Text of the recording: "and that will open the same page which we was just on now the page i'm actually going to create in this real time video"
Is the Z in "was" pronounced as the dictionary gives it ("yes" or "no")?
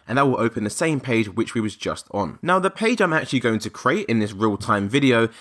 yes